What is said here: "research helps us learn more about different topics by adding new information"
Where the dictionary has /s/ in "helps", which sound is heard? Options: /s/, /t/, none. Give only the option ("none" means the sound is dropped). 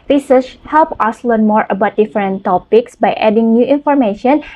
none